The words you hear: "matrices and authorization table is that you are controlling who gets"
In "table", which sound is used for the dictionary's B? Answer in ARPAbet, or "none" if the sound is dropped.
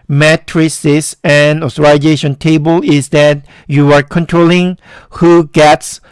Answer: B